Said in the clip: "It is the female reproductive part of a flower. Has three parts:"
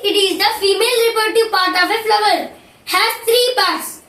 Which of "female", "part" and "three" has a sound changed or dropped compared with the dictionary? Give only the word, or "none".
three